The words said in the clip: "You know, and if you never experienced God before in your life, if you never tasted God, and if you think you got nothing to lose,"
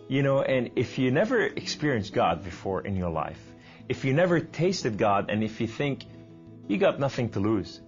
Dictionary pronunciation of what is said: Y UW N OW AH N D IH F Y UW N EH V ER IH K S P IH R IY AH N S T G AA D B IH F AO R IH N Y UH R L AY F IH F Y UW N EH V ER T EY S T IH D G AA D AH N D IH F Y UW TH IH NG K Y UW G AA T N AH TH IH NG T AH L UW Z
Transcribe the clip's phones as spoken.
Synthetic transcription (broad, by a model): Y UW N OW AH N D IH F Y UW N EH V ER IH K S P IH R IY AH N S G AA D B IH F AO R IH N Y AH R L AY F IH F Y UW N EH V ER T EY S T IH D G AA D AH N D IH F Y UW TH IH NG K Y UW G AA T N AH TH IH NG T AH L UW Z